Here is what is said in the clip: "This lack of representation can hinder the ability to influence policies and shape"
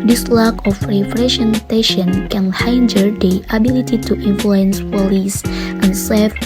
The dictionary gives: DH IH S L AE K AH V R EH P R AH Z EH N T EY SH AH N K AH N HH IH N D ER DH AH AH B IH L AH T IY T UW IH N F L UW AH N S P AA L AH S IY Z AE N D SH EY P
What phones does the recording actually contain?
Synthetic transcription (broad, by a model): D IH S L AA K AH F R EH F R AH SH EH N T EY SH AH N K AH N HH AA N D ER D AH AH B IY L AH T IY T UW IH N F L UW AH N S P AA L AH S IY N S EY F